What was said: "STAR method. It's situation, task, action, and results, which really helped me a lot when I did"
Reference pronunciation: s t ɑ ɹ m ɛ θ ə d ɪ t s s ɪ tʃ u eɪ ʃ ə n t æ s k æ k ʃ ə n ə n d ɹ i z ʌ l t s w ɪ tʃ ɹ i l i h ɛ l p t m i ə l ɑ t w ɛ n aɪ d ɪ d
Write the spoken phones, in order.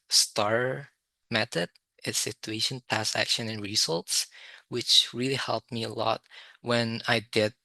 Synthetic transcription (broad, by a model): s t ɑ ɹ m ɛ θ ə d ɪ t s s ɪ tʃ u eɪ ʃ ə n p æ s æ k ʃ ə n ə n ɹ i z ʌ l t s w ɪ tʃ ɹ i l i h ɛ l p t m i ə l ɑ t w ɛ n aɪ d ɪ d